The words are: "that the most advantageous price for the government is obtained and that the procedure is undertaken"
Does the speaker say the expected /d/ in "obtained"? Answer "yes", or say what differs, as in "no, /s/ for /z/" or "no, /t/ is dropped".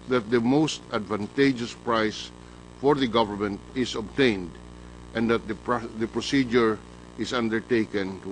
yes